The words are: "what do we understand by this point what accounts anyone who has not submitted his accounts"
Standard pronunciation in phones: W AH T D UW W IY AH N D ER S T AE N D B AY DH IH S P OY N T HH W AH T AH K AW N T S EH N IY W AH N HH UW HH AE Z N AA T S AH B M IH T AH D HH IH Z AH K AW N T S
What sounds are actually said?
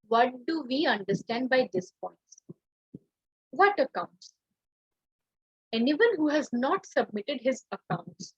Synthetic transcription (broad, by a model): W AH T D UW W IY AH N D ER S T AE N D B AY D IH S P OY N T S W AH T AH K AW N T S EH N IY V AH N HH UW HH AE Z N AA T S AH B M IH T AH D HH IH Z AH K AW N T S